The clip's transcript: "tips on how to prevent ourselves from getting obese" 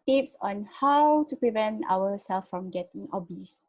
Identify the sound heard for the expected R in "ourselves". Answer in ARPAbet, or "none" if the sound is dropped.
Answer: W